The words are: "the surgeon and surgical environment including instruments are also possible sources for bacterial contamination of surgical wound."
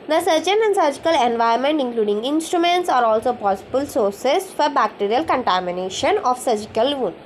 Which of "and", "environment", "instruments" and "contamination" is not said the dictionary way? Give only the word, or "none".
environment